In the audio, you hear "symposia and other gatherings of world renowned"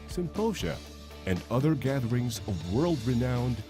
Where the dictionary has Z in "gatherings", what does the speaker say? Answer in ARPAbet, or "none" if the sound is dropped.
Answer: Z